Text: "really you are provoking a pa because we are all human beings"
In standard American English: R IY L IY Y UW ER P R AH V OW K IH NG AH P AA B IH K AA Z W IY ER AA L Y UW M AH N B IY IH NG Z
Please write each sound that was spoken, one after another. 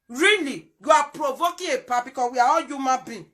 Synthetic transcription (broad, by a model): R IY L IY Y UW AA P R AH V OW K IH AH P AA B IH K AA W IY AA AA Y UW M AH B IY